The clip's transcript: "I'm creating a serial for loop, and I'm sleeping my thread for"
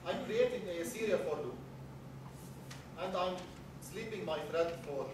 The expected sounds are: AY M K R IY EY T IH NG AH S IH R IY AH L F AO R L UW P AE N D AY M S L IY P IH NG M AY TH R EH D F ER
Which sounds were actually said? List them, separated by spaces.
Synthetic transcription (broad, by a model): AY M K R IY EY T IH NG AH S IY R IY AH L F AO R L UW AE N D AY M S L IY P IH NG M AY F R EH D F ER